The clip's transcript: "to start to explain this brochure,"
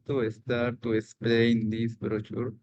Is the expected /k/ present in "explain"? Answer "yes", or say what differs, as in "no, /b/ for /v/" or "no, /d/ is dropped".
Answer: yes